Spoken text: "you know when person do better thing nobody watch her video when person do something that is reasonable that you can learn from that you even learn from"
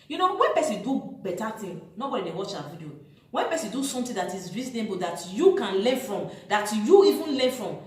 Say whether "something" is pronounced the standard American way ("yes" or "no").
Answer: no